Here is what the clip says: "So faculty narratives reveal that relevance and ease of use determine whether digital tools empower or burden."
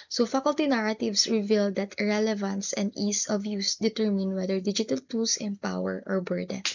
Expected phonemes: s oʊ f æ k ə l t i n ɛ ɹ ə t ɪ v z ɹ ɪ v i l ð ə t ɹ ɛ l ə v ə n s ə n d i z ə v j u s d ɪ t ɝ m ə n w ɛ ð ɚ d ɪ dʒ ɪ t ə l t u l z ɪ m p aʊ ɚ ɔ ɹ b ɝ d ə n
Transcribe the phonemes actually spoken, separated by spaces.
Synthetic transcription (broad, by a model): s oʊ f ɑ k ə l t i n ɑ ɹ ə t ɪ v s ɹ ɪ v i l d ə t ɹ ɛ l ə v ə n s ə n d i s ə v j u s d ɪ t ɝ m ə n w ɛ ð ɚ d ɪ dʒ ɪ t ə l t u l s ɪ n p aʊ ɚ ɔ ɹ b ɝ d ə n